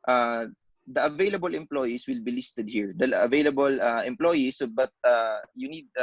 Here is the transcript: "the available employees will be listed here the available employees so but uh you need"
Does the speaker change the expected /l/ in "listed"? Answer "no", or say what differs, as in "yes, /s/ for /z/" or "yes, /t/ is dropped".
no